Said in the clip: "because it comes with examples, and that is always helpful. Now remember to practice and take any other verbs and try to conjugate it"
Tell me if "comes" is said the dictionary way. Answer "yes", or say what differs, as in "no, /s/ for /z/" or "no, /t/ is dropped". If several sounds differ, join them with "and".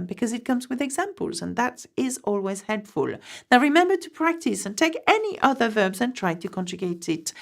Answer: yes